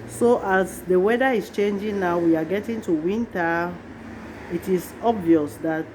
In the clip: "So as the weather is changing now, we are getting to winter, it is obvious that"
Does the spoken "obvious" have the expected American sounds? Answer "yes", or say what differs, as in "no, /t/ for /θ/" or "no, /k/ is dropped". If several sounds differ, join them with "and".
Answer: yes